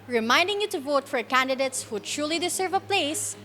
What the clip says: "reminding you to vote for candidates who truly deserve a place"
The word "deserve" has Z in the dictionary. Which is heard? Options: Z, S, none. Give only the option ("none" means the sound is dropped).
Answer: S